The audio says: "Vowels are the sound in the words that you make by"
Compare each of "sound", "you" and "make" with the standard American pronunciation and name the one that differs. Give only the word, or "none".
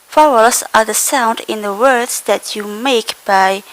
none